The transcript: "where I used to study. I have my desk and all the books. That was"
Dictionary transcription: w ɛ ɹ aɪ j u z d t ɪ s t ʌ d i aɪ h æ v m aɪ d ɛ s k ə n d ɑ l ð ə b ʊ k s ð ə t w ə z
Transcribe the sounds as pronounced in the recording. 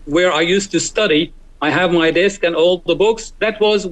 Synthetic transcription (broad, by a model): w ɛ ɹ aɪ j u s t ɪ s t ʌ d i aɪ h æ v m aɪ d ɛ s k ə n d ɑ l ð ə b ʊ k s ð ə t w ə z